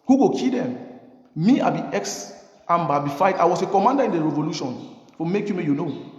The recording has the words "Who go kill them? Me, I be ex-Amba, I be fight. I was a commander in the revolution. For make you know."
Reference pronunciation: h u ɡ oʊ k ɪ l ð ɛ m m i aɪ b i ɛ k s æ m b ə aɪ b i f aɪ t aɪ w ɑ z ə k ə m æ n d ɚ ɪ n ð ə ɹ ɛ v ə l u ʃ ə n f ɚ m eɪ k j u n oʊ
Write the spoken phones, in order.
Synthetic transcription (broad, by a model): h u ɡ oʊ k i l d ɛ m m i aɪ b i ɛ k s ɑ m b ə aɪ b i f aɪ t aɪ w ɑ s ə k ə m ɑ n d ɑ ɪ n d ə ɹ ɛ v ə l u ʃ ə n f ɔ m eɪ k j u n oʊ